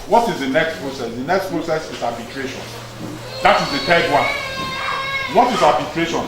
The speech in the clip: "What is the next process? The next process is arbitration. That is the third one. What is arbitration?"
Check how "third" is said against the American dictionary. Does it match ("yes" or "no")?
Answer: no